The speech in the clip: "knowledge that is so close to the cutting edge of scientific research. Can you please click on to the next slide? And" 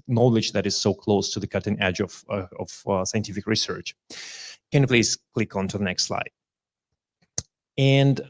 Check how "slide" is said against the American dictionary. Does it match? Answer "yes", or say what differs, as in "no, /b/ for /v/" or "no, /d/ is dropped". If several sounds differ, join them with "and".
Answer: yes